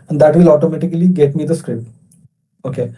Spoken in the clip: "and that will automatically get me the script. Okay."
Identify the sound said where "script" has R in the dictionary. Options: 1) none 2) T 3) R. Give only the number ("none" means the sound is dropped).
3